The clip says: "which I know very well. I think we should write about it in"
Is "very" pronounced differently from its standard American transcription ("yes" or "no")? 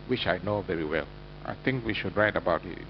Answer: no